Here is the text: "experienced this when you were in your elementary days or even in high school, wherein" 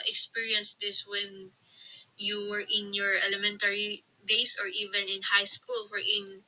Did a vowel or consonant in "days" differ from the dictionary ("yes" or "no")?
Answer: yes